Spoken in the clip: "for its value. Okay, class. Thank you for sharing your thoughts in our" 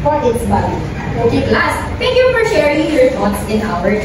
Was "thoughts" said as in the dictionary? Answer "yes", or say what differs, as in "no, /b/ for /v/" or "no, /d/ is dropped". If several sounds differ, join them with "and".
no, /t/ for /θ/